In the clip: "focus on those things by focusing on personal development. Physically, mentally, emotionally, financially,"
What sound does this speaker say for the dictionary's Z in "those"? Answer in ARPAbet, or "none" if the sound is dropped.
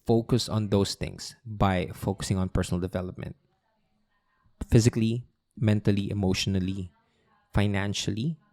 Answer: S